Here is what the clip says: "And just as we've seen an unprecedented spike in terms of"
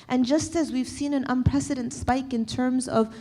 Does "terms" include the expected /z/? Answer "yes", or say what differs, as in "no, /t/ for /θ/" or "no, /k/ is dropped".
yes